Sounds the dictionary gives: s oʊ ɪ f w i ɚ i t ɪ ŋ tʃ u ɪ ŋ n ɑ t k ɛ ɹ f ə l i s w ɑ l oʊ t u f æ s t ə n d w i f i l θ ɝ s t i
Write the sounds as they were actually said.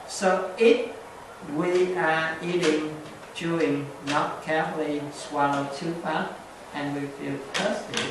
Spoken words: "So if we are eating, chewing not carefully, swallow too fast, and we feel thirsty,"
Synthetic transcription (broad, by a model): s oʊ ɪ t w i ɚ i t ɪ ŋ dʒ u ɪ ŋ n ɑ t k ɛ ɹ f ə l i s w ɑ n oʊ t u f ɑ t t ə n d w i f i l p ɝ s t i